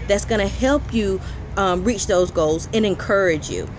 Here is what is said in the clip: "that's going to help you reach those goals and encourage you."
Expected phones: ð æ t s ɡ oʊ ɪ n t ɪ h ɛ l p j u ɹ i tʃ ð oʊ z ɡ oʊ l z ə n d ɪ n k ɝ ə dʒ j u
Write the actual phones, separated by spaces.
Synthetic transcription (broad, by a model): ð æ t s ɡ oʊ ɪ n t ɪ h ɛ l p j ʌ ɹ i tʃ ð oʊ z ɡ oʊ l z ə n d ɪ n k ɝ ə dʒ j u